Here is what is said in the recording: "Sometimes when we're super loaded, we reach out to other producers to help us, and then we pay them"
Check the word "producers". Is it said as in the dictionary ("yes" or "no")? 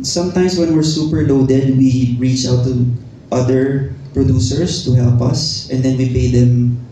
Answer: no